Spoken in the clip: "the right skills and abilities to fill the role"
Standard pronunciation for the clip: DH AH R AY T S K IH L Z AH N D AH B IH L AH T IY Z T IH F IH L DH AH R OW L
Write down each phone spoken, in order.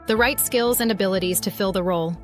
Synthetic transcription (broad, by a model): DH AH R AY T S K IH L Z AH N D AH B IH L AH T IY Z T IH F IH L DH AH R OW L